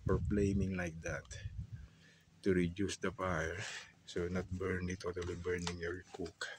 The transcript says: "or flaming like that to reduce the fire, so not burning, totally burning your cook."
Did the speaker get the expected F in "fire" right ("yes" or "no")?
no